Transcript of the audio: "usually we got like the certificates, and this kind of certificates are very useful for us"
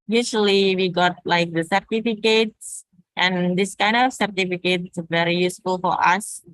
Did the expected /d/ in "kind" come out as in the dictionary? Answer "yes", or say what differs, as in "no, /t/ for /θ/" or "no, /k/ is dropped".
yes